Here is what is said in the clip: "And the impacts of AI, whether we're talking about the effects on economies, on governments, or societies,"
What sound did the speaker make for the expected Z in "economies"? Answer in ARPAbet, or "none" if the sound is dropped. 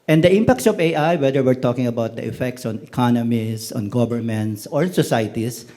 S